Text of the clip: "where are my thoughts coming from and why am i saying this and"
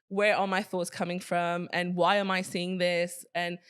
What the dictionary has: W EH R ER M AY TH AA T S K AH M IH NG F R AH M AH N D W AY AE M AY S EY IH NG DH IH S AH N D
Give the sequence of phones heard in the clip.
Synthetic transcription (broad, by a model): W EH R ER M AY TH AA T S K AH M IH NG F R AH M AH N W AY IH M AY S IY IH NG DH IH S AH N